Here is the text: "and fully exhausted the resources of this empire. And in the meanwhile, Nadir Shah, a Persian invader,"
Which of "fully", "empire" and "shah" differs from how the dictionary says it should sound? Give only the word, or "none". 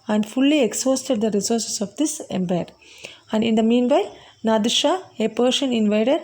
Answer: empire